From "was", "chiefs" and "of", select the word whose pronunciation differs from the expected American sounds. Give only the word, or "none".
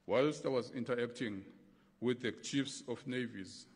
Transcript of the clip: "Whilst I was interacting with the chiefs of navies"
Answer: of